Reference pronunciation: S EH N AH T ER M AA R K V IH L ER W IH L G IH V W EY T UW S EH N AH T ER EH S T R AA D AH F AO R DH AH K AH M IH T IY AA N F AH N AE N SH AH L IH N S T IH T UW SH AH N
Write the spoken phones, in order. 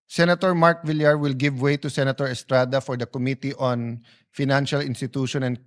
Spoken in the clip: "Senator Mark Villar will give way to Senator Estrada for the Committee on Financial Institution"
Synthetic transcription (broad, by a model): S EH N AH T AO M AA R K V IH L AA W IH L G IH V W EY T UW S EH N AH T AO EH S T R AA D AH F AO R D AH K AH M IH T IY AA N F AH N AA N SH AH L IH N S T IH T UW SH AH N